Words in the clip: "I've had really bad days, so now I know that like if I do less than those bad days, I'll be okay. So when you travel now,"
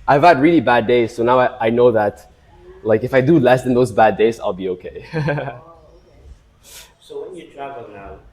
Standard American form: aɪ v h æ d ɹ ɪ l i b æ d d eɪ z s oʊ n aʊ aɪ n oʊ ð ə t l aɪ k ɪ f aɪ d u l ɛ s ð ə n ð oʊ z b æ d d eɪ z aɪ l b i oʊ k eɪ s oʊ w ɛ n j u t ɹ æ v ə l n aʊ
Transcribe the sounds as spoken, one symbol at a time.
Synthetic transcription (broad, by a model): aɪ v h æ d ɹ ɪ l i b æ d d eɪ z s oʊ n aʊ aɪ n oʊ ð ə t l aɪ k ɪ f aɪ d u l ɛ s ð ə n ð oʊ z b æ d d eɪ z aɪ l b i oʊ k eɪ s oʊ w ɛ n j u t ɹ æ v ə l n aʊ